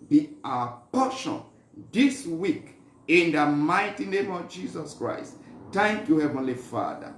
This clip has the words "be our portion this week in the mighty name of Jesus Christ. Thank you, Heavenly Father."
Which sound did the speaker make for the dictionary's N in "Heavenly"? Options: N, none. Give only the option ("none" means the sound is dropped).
N